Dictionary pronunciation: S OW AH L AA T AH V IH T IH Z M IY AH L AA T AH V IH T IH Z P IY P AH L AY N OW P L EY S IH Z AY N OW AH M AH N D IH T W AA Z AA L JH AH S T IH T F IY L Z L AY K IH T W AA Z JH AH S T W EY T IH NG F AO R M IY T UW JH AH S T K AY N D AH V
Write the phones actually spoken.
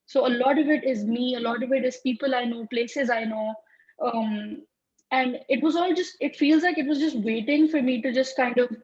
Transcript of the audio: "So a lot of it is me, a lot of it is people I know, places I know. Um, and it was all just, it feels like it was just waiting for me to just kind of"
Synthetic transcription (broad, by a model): S OW AH L AA T AH V IH T IH Z M IY AH L AA T AH V IH T IH Z P IY P AH L AY N OW P L EY S IH Z AY N OW AH M AH N D IH T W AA Z AA L JH AH S T IH T F IY L Z L AY K IH T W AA Z JH AH S T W EY T IH NG F AO R M IY T UW JH AH S T K AY N D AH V